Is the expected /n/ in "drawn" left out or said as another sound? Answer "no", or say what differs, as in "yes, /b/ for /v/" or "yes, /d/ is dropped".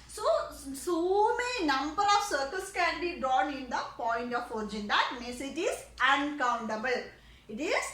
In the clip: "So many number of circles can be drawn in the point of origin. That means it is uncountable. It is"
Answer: no